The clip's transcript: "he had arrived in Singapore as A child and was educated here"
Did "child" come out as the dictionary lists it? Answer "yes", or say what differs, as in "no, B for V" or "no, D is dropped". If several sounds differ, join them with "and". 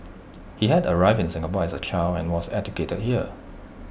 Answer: no, D is dropped